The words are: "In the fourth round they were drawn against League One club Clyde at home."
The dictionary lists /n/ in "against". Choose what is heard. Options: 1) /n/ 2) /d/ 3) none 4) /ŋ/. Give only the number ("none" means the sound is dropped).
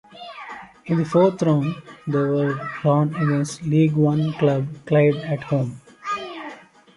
3